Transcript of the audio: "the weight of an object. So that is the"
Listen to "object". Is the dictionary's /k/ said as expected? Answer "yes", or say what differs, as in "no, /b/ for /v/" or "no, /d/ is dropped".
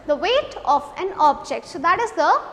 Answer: yes